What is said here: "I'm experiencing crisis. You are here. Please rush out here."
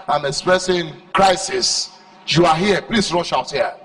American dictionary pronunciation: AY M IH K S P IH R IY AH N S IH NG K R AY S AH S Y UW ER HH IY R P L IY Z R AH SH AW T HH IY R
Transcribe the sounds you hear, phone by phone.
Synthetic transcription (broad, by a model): AY M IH K S P R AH S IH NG K R AY S AH S Y UW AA HH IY P L IY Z R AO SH AW T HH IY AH